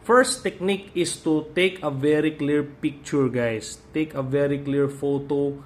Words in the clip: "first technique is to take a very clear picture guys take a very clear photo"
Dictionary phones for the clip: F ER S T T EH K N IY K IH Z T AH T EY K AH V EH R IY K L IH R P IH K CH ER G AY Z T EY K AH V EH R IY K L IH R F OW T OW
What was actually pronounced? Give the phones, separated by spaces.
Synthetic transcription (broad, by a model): F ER S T T EH K N IY K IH S T AH T EY K AH V EH R IY K L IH R P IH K CH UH G AY S T EY K AH V EH R IY K L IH R F OW T OW